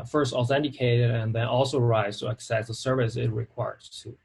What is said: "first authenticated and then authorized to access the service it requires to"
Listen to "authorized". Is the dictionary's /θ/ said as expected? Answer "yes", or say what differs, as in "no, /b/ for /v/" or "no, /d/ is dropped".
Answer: no, /s/ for /θ/